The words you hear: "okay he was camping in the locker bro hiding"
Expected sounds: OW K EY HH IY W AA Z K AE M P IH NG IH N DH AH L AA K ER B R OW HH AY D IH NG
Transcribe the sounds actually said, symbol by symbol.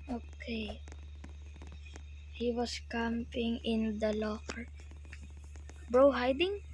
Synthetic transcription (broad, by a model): OW K EY HH IY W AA S K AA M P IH NG IH N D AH L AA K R B R OW HH AY D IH NG